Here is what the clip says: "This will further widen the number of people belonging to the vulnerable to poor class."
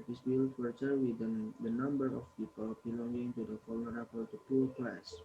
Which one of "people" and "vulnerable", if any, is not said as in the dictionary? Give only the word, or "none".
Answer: vulnerable